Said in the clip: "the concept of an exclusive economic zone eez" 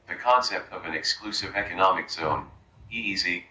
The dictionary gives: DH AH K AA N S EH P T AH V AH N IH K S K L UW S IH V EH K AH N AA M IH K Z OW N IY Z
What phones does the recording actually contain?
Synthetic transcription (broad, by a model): DH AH K AA N S EH P T AH V AH N IH K S K L UW S IH V EH K AH N AA M IH K Z OW N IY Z